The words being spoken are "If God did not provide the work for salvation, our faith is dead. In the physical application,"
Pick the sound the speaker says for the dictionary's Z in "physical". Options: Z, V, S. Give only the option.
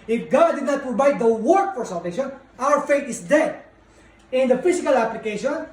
S